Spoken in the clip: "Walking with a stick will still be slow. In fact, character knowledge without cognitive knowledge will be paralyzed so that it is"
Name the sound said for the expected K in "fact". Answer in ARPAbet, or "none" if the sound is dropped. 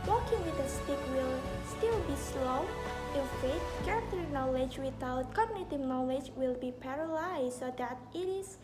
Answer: none